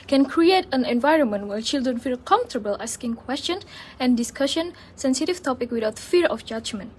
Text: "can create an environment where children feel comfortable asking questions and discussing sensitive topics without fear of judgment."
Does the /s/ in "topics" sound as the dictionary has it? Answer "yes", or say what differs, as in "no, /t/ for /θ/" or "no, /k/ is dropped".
no, /s/ is dropped